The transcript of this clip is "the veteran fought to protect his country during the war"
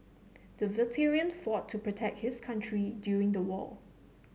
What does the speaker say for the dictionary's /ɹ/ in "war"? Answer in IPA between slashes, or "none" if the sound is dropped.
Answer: /l/